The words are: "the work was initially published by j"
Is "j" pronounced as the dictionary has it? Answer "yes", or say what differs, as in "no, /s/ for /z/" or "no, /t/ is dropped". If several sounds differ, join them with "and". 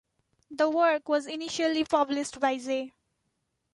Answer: no, /z/ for /dʒ/